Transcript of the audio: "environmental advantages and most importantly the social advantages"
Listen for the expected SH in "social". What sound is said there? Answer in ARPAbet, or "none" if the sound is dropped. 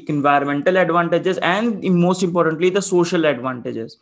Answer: SH